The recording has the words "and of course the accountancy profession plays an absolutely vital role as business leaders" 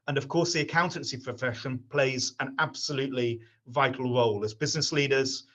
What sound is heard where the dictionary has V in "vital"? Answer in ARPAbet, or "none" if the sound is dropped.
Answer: V